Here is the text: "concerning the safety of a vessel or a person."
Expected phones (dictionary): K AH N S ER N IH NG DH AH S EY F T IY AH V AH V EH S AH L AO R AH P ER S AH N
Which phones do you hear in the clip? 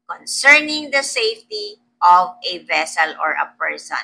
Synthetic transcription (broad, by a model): K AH N S ER N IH NG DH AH S EY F T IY AH V AH V EH S AH L AO R AH P ER S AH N